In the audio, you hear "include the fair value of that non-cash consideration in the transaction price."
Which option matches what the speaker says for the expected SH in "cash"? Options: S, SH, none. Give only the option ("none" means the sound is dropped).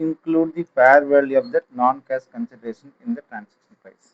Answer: S